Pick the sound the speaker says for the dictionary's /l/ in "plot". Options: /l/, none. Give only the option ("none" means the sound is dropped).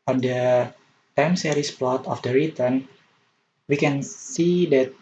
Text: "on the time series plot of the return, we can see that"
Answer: /l/